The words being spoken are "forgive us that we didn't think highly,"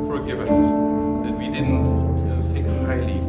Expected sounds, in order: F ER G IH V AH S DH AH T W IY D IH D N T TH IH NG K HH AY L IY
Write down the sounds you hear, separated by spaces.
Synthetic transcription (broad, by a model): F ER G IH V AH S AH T W IY D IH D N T T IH K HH AY L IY